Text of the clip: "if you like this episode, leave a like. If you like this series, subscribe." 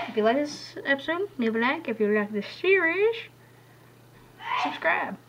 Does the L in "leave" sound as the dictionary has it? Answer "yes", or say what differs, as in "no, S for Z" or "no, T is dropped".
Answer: no, N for L